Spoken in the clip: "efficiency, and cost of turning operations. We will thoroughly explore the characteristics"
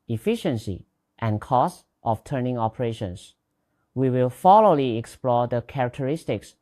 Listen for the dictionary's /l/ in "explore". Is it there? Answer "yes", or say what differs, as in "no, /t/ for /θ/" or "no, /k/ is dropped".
yes